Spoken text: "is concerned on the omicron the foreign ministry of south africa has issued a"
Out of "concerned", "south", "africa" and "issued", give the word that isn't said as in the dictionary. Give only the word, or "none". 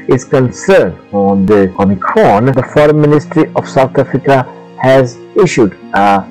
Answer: south